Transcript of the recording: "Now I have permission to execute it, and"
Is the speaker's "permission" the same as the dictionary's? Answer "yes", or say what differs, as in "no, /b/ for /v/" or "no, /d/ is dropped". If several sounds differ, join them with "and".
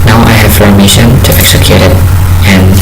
no, /f/ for /p/